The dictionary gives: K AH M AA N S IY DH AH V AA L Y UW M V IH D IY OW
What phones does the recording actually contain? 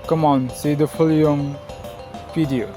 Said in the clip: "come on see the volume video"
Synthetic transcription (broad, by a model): K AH M AA N S IY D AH F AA L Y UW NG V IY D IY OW